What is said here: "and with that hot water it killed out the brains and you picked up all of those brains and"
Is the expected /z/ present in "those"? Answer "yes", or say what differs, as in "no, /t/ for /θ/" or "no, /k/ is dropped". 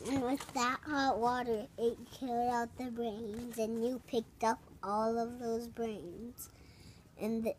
yes